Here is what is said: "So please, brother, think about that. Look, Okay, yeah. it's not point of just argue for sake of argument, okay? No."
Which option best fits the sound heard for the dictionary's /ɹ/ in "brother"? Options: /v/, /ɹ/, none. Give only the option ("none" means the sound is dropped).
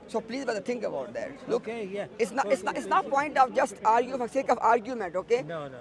none